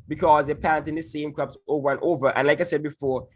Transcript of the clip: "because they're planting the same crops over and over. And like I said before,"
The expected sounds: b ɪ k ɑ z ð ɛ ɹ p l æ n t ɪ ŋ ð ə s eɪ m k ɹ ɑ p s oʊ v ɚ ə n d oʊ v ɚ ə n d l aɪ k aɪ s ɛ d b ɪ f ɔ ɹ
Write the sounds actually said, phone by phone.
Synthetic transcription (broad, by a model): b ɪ k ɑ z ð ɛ p æ n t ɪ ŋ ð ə s eɪ m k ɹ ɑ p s oʊ v ɚ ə n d oʊ v ɚ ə n l aɪ k aɪ s ɛ d b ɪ f ɔ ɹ